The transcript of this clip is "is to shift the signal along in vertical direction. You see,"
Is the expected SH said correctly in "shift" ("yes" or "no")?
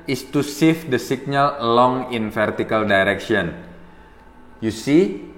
no